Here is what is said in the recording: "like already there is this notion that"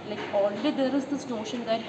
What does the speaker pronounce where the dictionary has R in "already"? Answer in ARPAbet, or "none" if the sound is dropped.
L